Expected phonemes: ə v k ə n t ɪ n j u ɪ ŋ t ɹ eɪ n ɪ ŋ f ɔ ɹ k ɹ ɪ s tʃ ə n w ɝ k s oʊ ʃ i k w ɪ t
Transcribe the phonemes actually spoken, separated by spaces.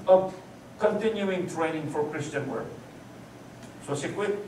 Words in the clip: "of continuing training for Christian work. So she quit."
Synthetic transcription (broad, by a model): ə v k ə n t ɪ n j u ɪ ŋ t ɹ eɪ n ɪ ŋ f ɔ ɹ k ɹ ɪ s tʃ ə n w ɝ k s oʊ s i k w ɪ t